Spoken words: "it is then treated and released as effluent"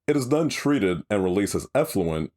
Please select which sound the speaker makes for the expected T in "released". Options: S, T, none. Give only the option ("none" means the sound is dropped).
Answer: none